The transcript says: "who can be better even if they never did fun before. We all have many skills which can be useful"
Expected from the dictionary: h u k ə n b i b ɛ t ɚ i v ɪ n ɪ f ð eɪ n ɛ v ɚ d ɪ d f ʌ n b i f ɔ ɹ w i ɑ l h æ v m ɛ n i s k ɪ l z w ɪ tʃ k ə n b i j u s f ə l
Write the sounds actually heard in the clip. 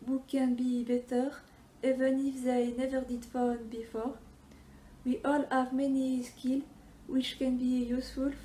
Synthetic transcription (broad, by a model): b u k ə n b i b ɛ t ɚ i v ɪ n ɪ f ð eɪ n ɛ v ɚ d ɪ d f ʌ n b i f ɔ ɹ w i ɑ l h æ v m ɛ n i s k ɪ l w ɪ tʃ k ə n b i j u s f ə l